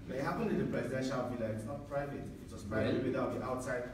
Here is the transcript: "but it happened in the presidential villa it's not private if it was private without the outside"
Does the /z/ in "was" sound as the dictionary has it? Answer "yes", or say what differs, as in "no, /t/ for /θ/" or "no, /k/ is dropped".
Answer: no, /s/ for /z/